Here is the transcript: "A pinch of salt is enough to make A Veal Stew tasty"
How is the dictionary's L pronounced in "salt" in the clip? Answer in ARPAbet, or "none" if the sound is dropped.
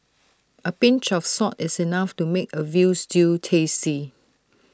none